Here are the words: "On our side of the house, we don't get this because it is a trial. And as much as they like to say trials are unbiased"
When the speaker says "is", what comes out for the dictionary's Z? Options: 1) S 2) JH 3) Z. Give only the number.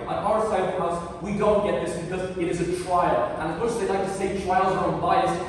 3